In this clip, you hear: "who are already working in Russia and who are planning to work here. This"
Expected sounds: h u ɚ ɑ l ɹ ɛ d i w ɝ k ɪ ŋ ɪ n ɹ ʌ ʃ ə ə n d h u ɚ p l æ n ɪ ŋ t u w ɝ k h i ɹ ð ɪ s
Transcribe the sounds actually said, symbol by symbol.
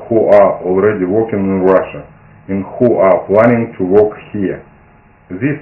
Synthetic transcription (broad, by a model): h u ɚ ɑ l ɹ ɛ d i w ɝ k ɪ ŋ ɪ n ɹ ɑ ʃ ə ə n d h u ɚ p l æ n ɪ ŋ t u w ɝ k h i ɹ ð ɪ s